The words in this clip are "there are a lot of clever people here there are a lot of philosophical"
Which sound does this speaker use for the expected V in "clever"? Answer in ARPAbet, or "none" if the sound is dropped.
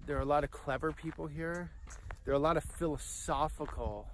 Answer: V